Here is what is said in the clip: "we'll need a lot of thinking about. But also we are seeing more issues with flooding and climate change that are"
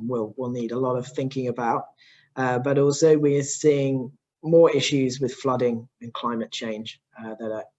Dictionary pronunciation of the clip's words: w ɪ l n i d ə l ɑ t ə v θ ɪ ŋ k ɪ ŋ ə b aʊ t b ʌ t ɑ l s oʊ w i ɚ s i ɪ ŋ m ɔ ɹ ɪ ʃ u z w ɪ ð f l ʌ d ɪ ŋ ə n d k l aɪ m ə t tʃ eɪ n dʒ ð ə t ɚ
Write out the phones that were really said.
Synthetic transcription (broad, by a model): w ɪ l n i d ə l ɑ t ə v θ ɪ ŋ k ɪ ŋ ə b aʊ t b ʌ t ɑ l s oʊ w i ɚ s i ɪ ŋ m ɔ ɹ ɪ ʃ u z w ɪ ð f l ʌ d ɪ ŋ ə n k l aɪ m ə t tʃ eɪ n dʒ ð ə t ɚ